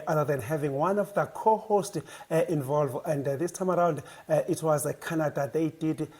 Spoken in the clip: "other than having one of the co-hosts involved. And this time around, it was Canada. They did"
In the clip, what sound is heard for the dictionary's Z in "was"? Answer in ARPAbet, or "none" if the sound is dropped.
Z